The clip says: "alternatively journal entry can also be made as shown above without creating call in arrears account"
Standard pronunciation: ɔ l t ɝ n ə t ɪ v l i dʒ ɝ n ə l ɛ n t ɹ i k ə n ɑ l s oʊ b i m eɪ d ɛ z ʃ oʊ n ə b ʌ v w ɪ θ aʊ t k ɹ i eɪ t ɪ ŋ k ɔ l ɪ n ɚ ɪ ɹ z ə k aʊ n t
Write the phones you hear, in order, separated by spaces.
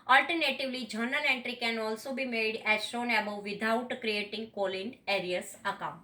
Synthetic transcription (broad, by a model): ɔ l t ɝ n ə t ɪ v l i dʒ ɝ n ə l ɛ n t ɹ i k ə n ɑ l s oʊ b i m eɪ d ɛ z ʃ oʊ n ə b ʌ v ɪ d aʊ t k ɹ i eɪ t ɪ ŋ k ɔ l ɪ n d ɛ ɹ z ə k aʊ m